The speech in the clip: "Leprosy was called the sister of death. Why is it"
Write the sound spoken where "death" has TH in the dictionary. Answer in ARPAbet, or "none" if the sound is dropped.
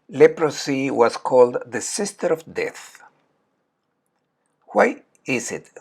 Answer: TH